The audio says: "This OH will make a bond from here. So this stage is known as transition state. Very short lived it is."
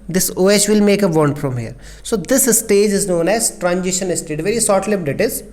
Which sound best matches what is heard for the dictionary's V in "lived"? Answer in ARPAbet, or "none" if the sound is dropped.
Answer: P